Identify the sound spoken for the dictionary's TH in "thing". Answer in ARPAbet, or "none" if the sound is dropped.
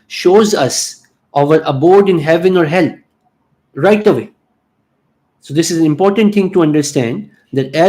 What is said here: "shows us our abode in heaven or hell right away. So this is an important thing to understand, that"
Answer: T